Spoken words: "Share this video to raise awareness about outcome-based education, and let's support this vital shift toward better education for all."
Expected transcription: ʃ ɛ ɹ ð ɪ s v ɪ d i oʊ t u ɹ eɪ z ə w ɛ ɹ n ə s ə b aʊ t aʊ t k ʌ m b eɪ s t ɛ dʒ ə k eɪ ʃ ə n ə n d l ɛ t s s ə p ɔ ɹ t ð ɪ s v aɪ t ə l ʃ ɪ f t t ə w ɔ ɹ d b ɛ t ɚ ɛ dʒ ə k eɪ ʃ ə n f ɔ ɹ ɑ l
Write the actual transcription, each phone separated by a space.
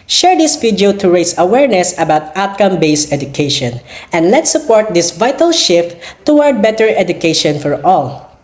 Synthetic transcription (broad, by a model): ʃ ɛ ɹ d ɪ s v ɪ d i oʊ t u ɹ eɪ s ə w ɛ ɹ n ə s ə b aʊ t aʊ t k ʌ m b eɪ s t ɛ dʒ ə k eɪ ʃ ə n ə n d l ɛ t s s ə p ɔ ɹ t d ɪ s v aɪ t ə l ʃ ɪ f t t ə w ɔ ɹ d b ɛ t ɚ ɛ dʒ ə k eɪ ʃ ə n f ɔ ɹ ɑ l